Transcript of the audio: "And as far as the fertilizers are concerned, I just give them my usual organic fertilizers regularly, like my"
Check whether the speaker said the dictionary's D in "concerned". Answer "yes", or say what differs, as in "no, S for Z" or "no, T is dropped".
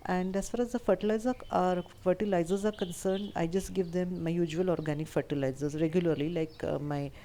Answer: yes